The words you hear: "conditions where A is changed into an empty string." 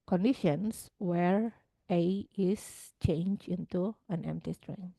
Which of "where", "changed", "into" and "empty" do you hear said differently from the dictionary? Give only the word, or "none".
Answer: changed